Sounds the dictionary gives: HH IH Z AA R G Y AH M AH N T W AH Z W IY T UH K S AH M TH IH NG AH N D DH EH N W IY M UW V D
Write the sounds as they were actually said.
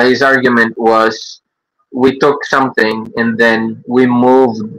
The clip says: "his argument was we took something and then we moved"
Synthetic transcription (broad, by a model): HH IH Z AA R G Y AH M AH N T W AH Z W IY T UH K S AH M TH IH NG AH N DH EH N W IY M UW V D